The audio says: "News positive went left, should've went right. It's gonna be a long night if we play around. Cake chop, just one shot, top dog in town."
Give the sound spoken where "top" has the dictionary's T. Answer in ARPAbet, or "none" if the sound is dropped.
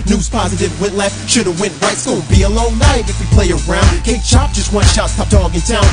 S